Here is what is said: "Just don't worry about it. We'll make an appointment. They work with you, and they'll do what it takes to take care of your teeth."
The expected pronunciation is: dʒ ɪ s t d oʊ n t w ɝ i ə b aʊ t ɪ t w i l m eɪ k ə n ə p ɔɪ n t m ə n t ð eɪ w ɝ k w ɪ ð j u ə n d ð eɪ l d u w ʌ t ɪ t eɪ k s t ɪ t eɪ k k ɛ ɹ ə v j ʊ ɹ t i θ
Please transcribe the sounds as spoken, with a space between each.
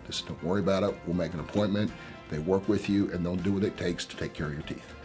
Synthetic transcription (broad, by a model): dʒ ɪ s d oʊ n t w ɝ i ə b aʊ t ɪ t w i l m eɪ k ə n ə p ɔɪ n m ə n ð eɪ w ɝ k w ɪ ð j u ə n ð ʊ n d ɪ w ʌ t ɪ t eɪ k s t ɪ t eɪ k k ɛ ɹ ə v j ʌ ɹ t i θ